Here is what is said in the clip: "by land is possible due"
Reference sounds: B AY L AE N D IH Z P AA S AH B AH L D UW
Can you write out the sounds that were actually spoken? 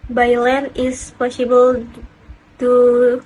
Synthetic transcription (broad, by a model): B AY L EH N IH S P AA S AH B AH L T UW